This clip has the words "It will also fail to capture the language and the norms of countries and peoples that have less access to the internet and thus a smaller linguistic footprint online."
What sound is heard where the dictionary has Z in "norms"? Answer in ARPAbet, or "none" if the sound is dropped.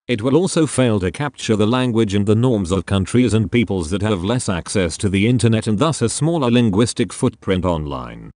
Z